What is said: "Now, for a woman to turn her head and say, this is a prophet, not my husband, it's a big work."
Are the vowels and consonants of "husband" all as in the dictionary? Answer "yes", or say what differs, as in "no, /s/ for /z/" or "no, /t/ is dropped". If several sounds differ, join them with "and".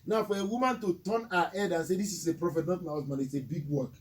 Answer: no, /d/ is dropped